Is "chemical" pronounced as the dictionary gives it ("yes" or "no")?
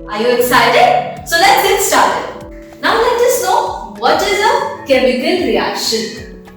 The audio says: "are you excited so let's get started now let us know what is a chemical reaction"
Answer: no